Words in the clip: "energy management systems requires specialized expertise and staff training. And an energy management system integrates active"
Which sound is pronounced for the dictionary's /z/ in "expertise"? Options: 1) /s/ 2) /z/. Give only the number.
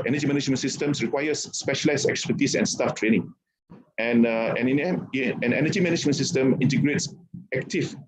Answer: 1